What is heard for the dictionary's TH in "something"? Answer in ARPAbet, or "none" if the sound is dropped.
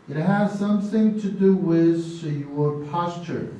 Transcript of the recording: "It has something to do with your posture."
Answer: TH